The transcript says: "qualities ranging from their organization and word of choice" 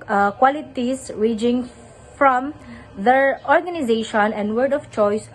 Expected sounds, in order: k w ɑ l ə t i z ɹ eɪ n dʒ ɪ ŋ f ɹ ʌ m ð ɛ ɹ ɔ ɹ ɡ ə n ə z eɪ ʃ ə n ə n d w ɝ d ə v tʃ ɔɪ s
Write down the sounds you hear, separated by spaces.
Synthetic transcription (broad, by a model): k w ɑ l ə t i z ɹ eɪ dʒ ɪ ŋ f ɹ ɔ m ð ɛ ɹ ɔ ɹ ɡ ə n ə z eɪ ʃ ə n ə n d w ɝ d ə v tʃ ɔɪ s